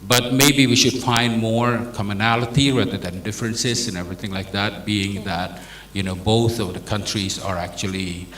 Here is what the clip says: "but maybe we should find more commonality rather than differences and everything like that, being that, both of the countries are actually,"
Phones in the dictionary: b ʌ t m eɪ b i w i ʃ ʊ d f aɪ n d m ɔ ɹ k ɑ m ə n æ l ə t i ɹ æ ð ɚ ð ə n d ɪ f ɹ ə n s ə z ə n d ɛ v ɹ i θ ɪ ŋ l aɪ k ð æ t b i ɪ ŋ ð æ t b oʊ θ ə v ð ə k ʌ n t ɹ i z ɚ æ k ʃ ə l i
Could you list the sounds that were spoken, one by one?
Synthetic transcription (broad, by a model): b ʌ t m eɪ b i w i ʃ ʊ d f aɪ n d m ɔ ɹ k ɑ m ə n æ l ə t i ɹ æ ð ɚ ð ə n d ɪ f ɹ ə n s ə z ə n ɛ v ɹ i θ ɪ ŋ l aɪ k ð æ t b i ɪ ŋ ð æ t b oʊ θ ə v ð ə k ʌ n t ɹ i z ɚ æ k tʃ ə l i